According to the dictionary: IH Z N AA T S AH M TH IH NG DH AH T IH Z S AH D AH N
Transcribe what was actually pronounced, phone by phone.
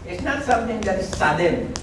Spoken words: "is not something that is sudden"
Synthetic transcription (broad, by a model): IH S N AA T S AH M T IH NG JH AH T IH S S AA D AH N